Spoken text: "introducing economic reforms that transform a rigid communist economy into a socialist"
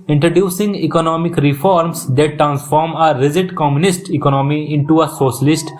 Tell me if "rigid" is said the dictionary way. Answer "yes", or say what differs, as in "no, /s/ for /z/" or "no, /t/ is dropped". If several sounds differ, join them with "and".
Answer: no, /z/ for /dʒ/